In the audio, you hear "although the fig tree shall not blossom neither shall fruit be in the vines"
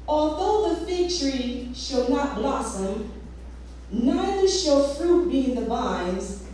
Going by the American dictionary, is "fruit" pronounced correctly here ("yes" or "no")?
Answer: yes